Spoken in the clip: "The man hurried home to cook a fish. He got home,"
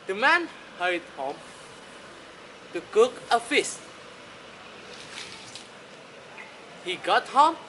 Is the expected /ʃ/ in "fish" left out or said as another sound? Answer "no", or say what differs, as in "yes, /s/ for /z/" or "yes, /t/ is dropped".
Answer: yes, /s/ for /ʃ/